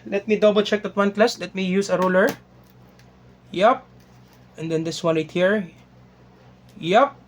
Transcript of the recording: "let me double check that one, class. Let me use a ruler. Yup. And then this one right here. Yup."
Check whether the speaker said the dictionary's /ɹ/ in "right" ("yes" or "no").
no